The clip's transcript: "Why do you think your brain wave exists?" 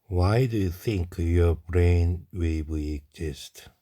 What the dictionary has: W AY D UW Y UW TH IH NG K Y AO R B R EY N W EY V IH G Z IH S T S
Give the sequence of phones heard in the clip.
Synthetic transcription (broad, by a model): W AY D UW Y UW TH IH NG K Y AO R B R EY N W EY W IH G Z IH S T